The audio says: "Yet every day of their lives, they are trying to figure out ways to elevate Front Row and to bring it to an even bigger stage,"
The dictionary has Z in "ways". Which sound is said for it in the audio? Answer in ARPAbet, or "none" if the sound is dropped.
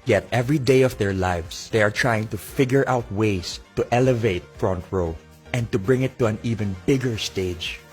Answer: S